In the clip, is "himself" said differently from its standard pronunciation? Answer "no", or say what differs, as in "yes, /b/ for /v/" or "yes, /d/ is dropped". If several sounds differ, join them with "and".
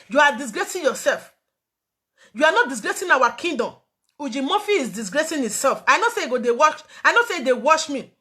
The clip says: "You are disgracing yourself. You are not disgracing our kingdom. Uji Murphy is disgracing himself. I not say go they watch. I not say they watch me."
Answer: yes, /m/ is dropped